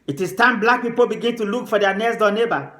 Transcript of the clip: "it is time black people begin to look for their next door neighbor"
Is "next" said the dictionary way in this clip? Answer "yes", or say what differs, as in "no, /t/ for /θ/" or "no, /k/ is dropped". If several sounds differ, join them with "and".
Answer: no, /k/ is dropped